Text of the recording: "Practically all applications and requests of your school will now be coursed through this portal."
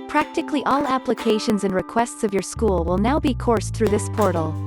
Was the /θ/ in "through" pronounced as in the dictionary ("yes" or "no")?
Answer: yes